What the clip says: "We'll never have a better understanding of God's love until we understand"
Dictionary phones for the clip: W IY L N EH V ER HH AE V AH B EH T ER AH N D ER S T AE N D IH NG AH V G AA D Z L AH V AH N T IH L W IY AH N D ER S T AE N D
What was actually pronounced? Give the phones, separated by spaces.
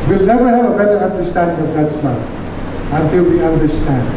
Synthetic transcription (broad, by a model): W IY L N EH V ER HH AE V AH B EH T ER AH N D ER S T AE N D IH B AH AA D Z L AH AH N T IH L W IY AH N D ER S T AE N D